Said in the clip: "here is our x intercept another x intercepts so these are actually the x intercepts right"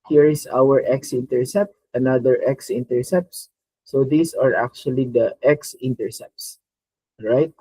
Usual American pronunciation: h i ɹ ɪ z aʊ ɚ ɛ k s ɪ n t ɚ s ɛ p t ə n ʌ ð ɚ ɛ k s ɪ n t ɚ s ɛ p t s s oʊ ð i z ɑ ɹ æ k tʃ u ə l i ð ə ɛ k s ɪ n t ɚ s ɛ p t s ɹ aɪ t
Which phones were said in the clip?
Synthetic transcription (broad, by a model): h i ɹ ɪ s aʊ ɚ ɛ k s ɪ n t ɚ s ɛ p t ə n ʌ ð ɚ ɛ k s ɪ n t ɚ s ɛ p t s s oʊ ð i s ɑ ɹ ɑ k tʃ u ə l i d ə ɛ k s ɪ n t ɚ s ɛ p t s ɹ aɪ t